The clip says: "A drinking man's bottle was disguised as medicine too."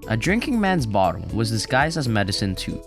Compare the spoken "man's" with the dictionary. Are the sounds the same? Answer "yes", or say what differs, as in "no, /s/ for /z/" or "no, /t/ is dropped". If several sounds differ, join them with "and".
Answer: yes